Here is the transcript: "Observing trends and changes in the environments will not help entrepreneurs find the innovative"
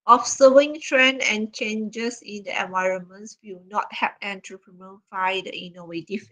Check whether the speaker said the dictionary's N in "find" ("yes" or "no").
no